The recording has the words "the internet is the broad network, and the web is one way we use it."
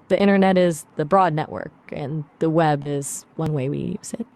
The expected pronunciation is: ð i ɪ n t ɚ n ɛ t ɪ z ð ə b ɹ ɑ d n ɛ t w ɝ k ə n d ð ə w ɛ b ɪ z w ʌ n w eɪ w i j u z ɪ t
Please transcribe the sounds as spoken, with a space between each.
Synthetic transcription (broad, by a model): ð i ɪ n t ɚ n ɛ t ɪ z ð ə b ɹ ɑ d n ɛ t w ɝ k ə n ð ə w ɛ b ɪ z w ʌ n w eɪ w i j u z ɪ t